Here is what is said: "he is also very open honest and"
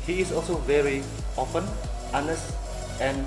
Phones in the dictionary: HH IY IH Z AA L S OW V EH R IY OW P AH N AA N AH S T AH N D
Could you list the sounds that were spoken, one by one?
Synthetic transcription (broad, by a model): HH IY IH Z AA L S OW V EH R IY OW F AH N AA N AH S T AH N